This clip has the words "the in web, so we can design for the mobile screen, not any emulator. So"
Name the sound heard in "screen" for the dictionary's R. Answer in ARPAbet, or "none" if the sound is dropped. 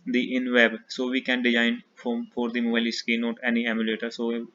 none